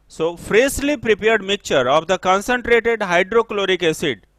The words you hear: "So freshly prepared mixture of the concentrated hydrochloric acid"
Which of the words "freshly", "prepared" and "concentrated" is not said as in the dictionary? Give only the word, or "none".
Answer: freshly